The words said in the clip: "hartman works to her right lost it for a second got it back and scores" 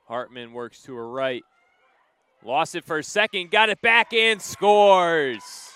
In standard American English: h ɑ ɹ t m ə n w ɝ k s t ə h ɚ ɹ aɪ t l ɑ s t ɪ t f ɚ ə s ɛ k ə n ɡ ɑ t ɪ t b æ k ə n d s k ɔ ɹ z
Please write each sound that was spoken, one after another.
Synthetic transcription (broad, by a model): h ɑ ɹ t m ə n w ɝ k s t ə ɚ ɹ aɪ t l ɑ s ɪ t f ɚ s ɛ k ə n ɡ ɑ t ɪ t b æ k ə n s k ɔ ɹ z